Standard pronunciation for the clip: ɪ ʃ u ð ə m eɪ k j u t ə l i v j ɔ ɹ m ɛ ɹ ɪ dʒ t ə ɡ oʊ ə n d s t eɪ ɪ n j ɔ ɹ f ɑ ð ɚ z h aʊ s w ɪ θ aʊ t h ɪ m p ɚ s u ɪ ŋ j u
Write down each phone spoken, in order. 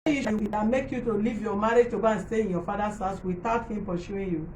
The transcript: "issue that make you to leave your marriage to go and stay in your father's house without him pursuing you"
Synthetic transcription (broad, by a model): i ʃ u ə m eɪ k j u t ə l i v j ɔ m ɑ ɹ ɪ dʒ t ə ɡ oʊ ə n s t eɪ ɪ n j ɔ f ɑ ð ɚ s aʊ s w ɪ t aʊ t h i m p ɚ ʃ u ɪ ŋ j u